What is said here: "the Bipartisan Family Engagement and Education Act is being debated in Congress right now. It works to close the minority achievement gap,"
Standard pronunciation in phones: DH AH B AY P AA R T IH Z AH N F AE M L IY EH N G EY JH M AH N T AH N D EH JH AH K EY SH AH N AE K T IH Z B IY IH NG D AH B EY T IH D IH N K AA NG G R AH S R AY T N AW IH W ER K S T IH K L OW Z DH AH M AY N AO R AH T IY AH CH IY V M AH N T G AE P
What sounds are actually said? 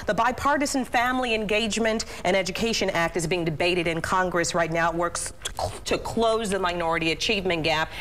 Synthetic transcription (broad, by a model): DH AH B AY P AA R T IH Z N F AE M L IY EH N G EY JH M AH N T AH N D EH JH AH K EY SH AH N AE K T IH Z B IY IH NG D AH B EY T IH D IH N K AA NG G R AH S R AY T N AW IH W ER K S T IH K L OW Z DH AH M AY N AO R AH T IY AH CH IY V M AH N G AE P